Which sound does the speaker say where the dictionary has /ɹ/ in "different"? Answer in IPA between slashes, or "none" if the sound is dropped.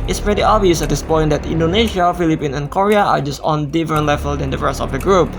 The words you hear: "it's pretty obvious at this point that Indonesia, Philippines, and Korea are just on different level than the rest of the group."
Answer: none